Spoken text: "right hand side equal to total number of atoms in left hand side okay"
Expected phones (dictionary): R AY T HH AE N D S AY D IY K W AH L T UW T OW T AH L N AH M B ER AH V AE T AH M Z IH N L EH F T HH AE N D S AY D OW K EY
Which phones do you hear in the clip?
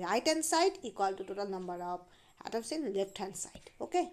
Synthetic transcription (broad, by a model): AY T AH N S AY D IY K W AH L T UW T OW T AH L N AH M B ER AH P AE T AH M S IH N L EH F T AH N S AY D OW K EY